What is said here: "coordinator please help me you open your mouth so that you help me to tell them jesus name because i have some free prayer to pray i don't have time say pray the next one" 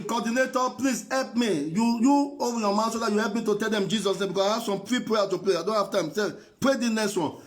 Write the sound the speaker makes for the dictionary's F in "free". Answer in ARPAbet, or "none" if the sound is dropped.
P